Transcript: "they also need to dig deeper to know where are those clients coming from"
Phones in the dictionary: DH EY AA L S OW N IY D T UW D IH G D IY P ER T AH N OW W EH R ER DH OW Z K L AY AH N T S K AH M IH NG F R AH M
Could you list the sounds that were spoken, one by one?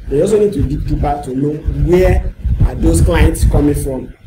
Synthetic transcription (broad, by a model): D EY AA S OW N IY D T UW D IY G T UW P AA T AH N OW W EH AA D OW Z K L AY AH N T S K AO M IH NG F R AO M